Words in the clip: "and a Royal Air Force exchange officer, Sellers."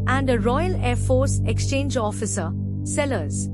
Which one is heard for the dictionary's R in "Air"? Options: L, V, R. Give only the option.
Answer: R